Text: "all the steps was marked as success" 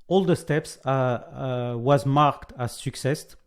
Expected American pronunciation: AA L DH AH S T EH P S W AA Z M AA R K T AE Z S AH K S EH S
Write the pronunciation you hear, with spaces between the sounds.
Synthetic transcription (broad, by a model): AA L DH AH S T EH P S W AA Z M AA R K T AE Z S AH K S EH S